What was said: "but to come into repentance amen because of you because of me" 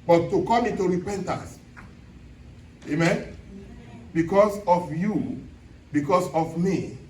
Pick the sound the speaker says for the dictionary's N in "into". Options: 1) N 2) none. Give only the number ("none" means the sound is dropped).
2